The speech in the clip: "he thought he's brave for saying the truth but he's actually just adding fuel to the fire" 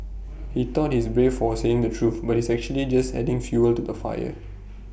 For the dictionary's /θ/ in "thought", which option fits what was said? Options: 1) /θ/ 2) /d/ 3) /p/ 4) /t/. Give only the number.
4